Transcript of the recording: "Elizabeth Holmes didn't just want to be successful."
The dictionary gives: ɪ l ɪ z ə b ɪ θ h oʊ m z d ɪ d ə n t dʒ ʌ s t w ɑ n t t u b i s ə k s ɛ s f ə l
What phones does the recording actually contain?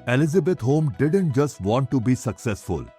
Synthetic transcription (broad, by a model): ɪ l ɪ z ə b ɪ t h oʊ m d ɪ d ə n t dʒ ʌ s t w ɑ n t t u b i s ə k s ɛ s f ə l